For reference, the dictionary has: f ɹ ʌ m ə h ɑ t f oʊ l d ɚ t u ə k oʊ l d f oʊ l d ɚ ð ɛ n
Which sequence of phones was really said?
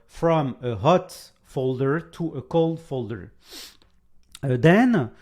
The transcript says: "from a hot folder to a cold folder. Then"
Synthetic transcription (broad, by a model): f ɹ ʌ m ə h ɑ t f oʊ l d ɚ t u ə k oʊ l d f oʊ l d ɚ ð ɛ n